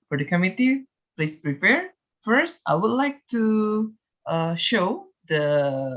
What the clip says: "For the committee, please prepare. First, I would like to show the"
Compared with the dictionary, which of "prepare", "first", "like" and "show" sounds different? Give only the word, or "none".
none